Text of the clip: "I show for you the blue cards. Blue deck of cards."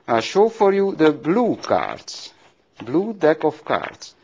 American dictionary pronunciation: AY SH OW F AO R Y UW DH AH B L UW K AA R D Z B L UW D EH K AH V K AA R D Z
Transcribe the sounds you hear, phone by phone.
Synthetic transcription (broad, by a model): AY SH OW F AO R Y UW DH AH B L UW K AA R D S B L UW D EH K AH F K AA R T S